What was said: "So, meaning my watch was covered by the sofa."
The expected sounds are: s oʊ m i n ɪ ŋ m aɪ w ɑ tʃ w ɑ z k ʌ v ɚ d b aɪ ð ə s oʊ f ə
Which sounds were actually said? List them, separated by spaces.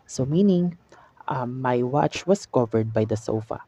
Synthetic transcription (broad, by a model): s oʊ m i n ɪ ŋ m aɪ w ɑ tʃ w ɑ s k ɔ v ɚ d b aɪ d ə s oʊ f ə